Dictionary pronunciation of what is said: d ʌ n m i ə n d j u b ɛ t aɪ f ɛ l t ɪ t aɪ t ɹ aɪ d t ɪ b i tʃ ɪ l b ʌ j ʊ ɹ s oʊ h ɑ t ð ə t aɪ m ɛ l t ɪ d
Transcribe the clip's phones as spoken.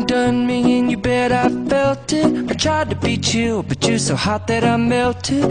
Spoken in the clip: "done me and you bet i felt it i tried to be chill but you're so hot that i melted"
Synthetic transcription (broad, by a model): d ʌ n m i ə n j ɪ b ɛ t aɪ f ɛ l t ɪ t aɪ t ɹ aɪ d t ɪ b i tʃ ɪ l b ʌ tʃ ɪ s oʊ h ɑ t ð ə t aɪ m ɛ l t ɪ